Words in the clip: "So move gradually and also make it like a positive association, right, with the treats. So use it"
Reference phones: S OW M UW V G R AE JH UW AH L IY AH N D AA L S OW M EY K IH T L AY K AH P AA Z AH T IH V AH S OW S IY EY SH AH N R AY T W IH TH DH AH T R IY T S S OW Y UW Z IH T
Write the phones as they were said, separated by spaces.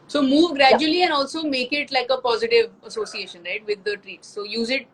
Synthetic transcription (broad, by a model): S OW M UW V G R AE JH UW AH L IY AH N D AA L S OW M EY K IH T L AY K AH P AA Z AH T IH V AH S OW S IY EY SH AH N R AY T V IH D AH T R IY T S S OW Y UW Z IH T